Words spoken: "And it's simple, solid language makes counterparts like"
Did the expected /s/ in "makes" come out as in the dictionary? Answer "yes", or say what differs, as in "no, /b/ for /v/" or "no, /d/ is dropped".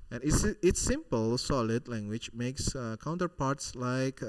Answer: yes